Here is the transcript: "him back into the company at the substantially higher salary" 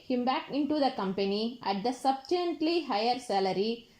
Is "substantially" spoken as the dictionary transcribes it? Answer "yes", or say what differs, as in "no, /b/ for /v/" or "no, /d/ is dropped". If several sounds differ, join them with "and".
no, /ʃ/ is dropped